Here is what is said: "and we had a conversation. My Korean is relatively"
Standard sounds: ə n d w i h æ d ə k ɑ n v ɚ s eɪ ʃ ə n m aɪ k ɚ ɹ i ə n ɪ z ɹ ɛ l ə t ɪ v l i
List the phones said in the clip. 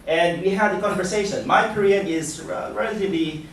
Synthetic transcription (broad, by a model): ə n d w i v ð ə k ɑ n v ɚ s eɪ ʃ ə n m aɪ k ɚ ɹ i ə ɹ ɪ z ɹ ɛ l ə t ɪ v l i